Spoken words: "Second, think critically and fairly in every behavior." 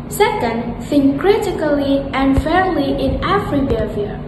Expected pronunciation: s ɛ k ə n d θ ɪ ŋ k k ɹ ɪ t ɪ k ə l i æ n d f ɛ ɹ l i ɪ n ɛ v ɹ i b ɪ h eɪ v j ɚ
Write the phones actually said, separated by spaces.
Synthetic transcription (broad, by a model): s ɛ k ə n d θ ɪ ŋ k k ɹ ɪ t ɪ k ə l i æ n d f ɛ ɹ l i ɪ n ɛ f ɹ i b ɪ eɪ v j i